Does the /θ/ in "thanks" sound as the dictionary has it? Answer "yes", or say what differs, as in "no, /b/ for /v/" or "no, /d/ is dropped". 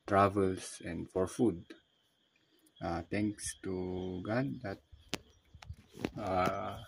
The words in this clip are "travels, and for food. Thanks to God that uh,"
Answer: no, /t/ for /θ/